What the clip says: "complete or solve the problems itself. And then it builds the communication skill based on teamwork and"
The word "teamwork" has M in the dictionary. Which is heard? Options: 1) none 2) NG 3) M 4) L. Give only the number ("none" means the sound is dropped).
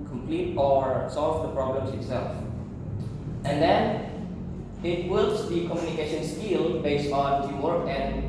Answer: 1